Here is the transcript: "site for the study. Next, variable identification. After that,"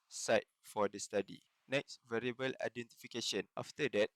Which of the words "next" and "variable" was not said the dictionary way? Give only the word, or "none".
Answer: none